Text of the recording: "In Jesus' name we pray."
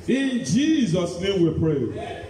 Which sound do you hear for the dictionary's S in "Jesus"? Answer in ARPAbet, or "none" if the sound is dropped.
S